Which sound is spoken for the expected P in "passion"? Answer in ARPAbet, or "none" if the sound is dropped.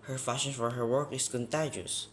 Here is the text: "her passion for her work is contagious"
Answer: F